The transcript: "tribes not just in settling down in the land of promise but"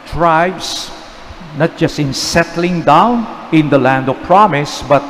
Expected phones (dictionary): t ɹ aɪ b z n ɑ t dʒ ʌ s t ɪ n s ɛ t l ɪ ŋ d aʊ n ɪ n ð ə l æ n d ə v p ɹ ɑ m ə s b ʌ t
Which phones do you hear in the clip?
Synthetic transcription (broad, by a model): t ɹ aɪ b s n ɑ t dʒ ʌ s t ɪ n s ɛ t l ɪ ŋ d aʊ n ɪ n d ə l æ n d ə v p ɹ ɑ m ə s b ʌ t